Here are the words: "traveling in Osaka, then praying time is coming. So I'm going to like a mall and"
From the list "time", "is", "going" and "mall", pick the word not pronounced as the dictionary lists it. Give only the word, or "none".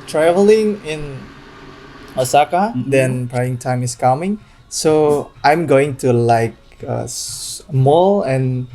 is